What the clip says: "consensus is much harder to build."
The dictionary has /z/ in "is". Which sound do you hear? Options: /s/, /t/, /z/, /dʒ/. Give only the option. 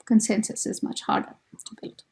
/z/